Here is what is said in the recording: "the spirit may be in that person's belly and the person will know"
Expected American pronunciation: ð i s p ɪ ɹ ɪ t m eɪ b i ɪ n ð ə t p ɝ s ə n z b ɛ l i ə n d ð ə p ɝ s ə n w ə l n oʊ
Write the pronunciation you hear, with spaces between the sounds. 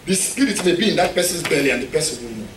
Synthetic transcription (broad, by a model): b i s ɪ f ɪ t m eɪ b i ɪ n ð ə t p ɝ s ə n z b ɛ l i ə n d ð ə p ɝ s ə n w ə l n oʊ